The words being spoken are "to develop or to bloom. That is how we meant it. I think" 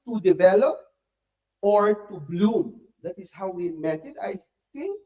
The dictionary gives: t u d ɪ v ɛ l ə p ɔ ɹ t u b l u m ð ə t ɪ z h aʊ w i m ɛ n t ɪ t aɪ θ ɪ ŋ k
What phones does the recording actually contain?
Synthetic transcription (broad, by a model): t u d ɪ v ɛ l ə p ɔ ɹ t u b l u m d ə t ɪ s h aʊ w i m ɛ t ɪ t aɪ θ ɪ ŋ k